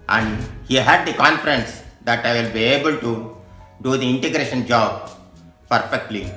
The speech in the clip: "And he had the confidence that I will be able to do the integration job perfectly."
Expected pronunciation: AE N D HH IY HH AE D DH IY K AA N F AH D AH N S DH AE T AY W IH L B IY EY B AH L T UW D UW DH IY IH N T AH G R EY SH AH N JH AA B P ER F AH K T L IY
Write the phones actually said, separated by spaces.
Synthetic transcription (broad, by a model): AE N D HH IY HH AE D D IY K AA N F AH D AH N S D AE T AY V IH L B IY EY B AH L T UW D UW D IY IH N T AH G R EY SH AH N JH AA B P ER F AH K T L IY